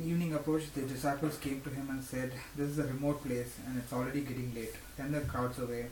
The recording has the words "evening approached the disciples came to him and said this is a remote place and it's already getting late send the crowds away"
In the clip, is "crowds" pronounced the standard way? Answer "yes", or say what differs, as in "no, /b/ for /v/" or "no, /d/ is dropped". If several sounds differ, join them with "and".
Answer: no, /ɹ/ is dropped